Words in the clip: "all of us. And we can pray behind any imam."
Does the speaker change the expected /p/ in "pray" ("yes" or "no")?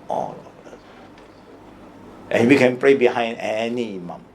no